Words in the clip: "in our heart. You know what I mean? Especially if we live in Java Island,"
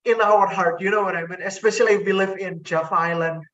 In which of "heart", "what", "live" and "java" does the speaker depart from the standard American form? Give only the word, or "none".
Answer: java